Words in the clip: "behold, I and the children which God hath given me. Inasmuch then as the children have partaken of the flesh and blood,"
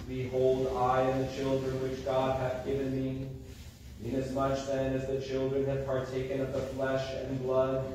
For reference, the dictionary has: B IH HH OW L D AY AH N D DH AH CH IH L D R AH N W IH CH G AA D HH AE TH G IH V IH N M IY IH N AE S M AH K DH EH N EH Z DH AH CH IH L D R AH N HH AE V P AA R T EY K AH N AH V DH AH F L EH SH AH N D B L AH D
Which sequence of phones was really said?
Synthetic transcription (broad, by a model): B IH HH OW L D AY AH N DH AH CH IH L D R AH N W IH CH G AA D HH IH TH G IH V IH N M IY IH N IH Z M AH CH DH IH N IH Z DH AH CH IH L D R AH N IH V P AA R T EY K AH N AH V DH AH F L EH SH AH N B L AH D